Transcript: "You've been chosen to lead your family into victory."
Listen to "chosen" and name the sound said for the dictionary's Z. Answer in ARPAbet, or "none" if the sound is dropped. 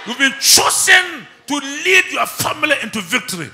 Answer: S